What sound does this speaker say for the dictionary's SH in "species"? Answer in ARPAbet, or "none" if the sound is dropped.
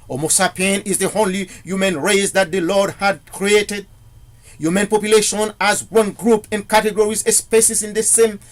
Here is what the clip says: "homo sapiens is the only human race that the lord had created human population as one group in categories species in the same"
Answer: S